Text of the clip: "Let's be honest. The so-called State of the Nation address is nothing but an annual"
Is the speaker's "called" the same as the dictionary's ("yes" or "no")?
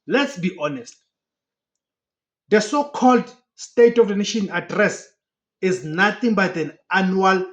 yes